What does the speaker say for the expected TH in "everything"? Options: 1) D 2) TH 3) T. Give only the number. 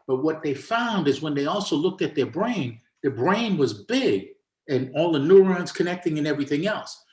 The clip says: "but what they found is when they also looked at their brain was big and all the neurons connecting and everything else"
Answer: 2